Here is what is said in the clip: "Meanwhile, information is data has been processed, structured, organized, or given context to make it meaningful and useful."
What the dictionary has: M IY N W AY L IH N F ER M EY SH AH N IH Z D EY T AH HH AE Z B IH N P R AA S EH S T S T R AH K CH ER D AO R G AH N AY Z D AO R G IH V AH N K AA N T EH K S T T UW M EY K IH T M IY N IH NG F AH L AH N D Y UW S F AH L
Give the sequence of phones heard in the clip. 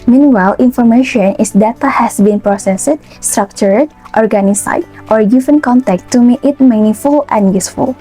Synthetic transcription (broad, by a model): M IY N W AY L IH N F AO M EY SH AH N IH S D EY T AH HH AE S B IH N P R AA S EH S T S T R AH K CH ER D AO R G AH N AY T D AO R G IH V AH N K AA N T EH K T T UW M EY K IH T M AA N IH F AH L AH N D Y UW S F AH L